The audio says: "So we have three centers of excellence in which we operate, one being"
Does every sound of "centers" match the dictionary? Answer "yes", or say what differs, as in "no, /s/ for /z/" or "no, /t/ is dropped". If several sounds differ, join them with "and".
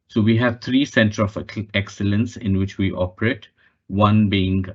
no, /z/ is dropped